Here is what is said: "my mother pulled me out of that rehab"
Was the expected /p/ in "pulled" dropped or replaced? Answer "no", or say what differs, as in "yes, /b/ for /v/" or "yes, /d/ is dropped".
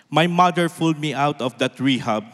yes, /f/ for /p/